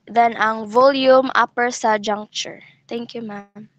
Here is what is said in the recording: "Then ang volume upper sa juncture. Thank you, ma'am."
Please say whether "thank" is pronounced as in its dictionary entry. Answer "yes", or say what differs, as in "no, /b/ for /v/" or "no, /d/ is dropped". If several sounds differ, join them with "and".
no, /t/ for /θ/